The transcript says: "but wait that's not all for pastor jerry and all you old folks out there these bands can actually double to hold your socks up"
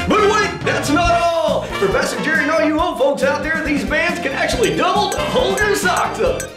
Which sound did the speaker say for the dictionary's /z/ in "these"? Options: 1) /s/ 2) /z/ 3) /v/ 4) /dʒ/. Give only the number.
2